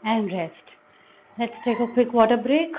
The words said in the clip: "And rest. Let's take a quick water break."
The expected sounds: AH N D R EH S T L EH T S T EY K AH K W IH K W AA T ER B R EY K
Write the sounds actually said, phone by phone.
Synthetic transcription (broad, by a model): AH N D R EH S T L EH T S T EY K AH K W IH K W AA T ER B R EY K